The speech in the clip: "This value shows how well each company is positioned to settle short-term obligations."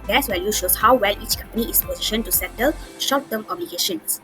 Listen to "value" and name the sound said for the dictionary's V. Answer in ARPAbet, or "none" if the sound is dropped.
W